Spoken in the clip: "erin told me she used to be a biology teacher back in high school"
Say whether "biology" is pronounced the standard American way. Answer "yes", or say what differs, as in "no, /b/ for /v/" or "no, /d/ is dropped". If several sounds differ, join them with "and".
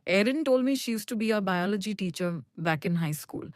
yes